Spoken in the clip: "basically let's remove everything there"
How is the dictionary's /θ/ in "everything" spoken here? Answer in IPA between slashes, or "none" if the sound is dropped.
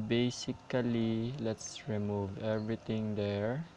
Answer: /t/